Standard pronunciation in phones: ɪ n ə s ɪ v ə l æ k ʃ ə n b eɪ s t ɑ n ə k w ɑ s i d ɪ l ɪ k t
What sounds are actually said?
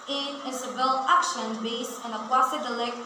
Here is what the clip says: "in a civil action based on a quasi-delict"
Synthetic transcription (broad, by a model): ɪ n ə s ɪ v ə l æ k ʃ ə n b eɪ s ɪ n ə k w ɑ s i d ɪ l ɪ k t